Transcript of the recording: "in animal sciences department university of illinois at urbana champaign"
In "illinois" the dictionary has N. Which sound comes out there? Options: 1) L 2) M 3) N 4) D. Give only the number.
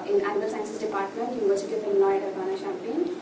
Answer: 1